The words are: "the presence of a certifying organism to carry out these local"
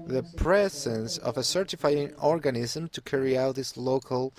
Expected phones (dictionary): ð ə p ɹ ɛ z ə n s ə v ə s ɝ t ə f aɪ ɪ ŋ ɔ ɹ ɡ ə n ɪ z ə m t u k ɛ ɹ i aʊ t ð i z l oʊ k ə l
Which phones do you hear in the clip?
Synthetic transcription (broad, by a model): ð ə p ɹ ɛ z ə n s ə v ə s ɝ t ə f aɪ ɪ ŋ ɔ ɹ ɡ ə n ɪ z ə m t u k ɛ ɹ i aʊ t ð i s l oʊ k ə l